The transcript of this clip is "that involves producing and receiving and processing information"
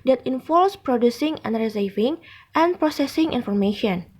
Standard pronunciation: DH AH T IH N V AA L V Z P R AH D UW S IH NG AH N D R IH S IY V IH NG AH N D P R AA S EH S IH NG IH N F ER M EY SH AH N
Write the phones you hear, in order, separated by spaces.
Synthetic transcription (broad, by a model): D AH T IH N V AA L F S P R AH D UW S IH NG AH N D R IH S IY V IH NG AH N P R AA S EH S IH NG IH N F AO M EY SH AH N